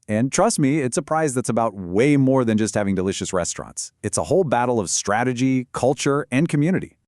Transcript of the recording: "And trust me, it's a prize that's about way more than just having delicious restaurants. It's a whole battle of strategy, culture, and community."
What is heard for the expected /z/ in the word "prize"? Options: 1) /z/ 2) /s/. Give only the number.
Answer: 1